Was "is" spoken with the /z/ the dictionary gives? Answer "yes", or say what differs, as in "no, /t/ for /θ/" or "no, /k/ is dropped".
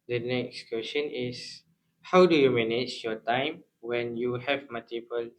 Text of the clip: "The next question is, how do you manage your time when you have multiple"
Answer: no, /s/ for /z/